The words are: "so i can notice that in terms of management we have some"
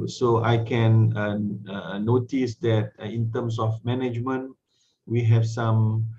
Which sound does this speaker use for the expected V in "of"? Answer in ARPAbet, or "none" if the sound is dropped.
F